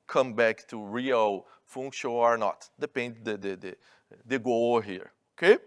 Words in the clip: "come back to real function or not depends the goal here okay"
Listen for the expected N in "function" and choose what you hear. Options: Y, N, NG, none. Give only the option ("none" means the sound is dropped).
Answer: none